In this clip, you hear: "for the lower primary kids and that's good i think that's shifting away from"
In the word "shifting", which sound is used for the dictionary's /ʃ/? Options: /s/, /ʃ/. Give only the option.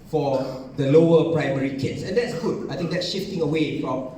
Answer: /ʃ/